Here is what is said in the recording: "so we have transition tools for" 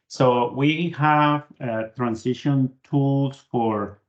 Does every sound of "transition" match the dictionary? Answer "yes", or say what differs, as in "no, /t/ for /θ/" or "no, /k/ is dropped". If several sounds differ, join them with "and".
no, /s/ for /z/